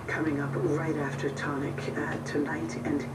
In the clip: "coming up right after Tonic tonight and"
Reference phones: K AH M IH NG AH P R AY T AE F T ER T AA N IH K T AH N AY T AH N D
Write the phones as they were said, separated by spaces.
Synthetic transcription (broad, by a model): K AH M IH NG AH P R AY T AE F T ER T AA N IH K T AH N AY T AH N